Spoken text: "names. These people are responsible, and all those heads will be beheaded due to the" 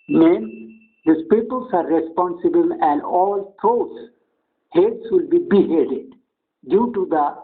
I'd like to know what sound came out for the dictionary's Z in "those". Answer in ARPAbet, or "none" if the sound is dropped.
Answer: S